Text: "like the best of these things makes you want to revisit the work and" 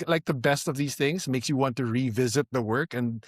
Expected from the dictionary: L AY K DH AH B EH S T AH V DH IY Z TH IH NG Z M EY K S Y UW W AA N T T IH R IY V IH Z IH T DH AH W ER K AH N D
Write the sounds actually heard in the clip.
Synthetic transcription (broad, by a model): L AY K DH AH B EH S T AH V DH IY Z TH IH NG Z M EY K S Y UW W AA N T T IH R IY V IH Z IH T DH AH W ER K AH N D